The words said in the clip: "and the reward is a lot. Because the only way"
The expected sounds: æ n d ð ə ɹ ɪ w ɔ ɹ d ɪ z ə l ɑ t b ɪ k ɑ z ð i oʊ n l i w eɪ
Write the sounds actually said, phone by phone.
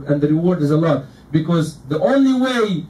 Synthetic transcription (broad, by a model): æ n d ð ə ɹ ɪ w ɔ ɹ d ɪ z ə l ɑ t b ɪ k ɑ z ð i oʊ n l i w eɪ